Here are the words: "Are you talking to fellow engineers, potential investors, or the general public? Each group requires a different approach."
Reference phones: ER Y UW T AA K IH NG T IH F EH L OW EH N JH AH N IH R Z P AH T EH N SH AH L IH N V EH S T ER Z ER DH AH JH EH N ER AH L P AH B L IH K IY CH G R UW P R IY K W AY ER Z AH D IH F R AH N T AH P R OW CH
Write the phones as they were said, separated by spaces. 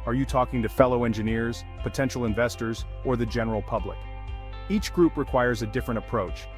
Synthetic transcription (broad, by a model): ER Y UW T AA K IH NG T IH F EH L OW EH N JH AH N IH R Z P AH T EH N SH L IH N V EH S T ER Z ER DH AH JH EH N ER L P AH B L IH K IY CH G R UW P R IY K W AY ER Z AH D IH F R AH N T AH P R OW CH